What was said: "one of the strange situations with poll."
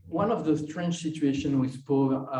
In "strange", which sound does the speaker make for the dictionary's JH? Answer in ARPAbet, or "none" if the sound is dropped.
CH